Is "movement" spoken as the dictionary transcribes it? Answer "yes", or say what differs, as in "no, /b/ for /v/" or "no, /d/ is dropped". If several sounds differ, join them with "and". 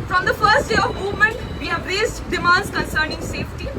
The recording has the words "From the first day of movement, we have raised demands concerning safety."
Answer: yes